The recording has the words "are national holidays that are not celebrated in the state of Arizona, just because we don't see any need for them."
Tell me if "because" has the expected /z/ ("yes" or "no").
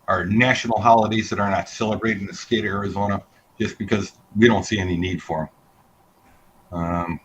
yes